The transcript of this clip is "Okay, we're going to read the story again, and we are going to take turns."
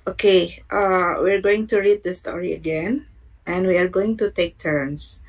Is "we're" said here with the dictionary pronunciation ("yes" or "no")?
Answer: yes